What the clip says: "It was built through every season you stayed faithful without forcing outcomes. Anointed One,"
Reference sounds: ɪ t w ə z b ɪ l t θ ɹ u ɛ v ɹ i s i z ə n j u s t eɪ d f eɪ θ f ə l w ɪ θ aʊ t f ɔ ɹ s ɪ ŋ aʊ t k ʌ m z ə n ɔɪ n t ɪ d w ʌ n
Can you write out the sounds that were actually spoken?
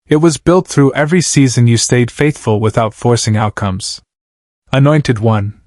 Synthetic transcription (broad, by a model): ɪ t w ə z b ɪ l t θ ɹ u ɛ v ɹ i s i z ə n j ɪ s t eɪ d f eɪ θ f ə l w ɪ θ aʊ t f ɔ ɹ s ɪ ŋ aʊ t k ʌ m z ə n ɔɪ n t ɪ d w ʌ n